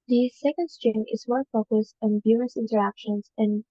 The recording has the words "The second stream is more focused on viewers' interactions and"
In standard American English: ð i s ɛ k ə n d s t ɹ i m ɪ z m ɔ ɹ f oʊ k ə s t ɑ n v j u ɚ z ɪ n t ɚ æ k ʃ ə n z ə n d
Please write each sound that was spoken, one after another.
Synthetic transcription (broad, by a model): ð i s ɛ k ə n d s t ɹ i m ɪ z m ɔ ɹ f oʊ k ə s t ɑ n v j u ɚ s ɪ n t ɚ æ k ʃ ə n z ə n